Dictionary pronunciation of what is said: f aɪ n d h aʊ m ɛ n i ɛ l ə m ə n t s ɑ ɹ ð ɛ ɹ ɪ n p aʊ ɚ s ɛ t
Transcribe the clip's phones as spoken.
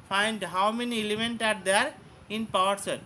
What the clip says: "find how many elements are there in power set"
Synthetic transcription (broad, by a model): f aɪ n d h aʊ m ɛ n i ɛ l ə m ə n t ɑ ɹ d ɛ ɹ ɪ n p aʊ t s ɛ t